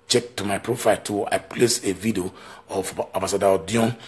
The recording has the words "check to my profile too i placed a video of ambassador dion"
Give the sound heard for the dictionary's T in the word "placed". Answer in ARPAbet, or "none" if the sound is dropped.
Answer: none